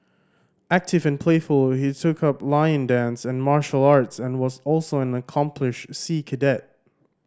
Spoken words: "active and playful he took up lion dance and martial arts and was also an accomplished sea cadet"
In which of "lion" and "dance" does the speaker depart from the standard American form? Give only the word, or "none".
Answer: none